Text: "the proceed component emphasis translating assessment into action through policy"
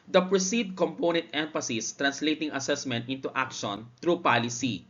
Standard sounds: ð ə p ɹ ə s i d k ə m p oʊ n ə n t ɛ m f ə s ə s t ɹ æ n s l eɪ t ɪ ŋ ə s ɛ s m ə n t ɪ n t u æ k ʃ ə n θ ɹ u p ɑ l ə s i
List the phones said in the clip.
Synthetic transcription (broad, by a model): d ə p ɹ ə s i d k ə m p oʊ n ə n t ɛ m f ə s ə s t ɹ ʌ n s l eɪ t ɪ ŋ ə s ɛ s m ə n t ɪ n t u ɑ k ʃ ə n t ɹ u p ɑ l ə s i